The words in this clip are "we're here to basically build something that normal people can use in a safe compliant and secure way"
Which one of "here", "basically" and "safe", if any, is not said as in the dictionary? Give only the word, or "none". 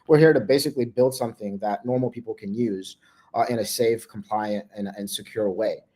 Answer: none